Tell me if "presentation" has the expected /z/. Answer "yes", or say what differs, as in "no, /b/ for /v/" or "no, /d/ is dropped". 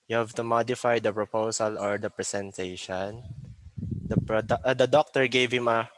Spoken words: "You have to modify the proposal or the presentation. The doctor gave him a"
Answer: no, /s/ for /z/